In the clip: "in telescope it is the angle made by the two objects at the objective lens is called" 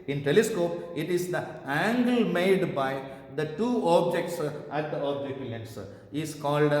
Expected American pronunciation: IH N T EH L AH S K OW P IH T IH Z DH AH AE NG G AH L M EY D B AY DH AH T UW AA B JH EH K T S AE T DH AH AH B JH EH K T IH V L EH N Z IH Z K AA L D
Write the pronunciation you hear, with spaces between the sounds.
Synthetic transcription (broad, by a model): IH N T EH L AH S K OW P IH T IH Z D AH AE NG G AH L M EY D B AY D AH T UW AA B JH EH K T S AE T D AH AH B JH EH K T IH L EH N S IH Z K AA L D